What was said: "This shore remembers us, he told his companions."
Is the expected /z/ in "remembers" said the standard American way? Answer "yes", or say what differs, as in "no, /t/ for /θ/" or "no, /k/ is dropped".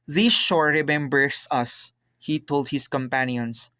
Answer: no, /s/ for /z/